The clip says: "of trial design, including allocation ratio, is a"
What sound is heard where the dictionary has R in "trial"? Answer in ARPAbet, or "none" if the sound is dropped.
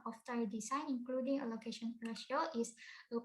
none